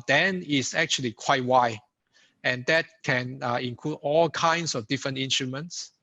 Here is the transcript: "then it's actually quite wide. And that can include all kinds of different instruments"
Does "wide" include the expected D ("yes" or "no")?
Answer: no